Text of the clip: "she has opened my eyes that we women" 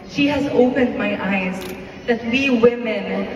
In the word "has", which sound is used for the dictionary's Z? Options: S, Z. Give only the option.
Z